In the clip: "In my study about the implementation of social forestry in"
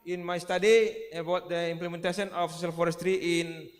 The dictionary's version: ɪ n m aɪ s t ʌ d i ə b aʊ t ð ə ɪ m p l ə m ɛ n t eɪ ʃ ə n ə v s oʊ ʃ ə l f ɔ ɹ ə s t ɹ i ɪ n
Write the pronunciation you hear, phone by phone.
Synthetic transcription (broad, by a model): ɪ n m aɪ s t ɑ d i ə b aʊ t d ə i m p l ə m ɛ n t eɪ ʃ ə n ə f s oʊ s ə l f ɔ ɹ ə s t ɹ i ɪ n